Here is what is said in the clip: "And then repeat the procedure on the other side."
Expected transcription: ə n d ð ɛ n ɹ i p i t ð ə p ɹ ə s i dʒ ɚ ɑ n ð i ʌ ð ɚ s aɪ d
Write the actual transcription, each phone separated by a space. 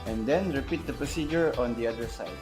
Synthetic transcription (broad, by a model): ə n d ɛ n ɹ i p i t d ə p ɹ ə s i dʒ ɚ ɑ n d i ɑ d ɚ s aɪ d